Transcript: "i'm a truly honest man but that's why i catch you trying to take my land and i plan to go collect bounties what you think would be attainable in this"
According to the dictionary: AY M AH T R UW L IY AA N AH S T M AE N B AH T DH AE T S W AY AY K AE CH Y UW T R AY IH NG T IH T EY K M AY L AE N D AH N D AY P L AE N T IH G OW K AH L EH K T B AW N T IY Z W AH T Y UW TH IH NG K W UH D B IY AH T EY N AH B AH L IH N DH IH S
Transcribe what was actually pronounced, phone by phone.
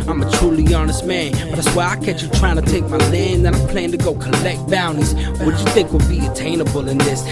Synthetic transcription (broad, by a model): AY M AH T R UW L IY AA N AH S T M AE N B AH T DH AE T S W AY AY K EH CH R T R AY IH NG T IH T EY K M AY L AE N AH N AY P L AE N T IH G OW K AH L EH K T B AW N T IY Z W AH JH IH TH IH NG K W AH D B IY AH T EY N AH B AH L IH N DH IH S